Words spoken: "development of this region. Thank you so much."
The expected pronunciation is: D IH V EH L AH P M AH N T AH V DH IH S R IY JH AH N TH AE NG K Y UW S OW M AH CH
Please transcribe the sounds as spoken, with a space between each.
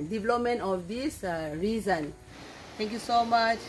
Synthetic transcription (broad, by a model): D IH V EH L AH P M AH N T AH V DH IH S R IY Z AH N T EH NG K Y UW S OW M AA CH